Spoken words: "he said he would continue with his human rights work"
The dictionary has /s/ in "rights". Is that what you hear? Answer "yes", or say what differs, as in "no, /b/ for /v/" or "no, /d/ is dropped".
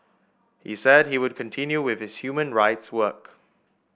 yes